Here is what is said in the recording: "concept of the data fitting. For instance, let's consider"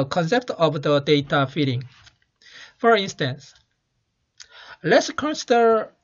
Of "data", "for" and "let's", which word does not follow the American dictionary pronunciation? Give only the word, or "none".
none